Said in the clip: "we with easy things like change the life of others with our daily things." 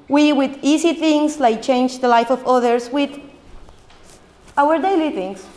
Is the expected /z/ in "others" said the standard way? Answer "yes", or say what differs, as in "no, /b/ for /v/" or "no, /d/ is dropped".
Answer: no, /s/ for /z/